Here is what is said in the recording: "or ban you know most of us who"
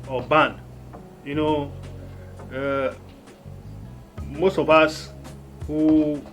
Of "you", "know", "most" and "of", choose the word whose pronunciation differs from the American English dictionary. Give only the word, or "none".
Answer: of